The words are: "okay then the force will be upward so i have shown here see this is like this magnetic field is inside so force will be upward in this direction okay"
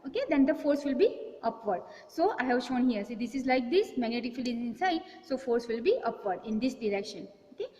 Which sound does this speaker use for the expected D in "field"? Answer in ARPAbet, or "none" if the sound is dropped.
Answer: none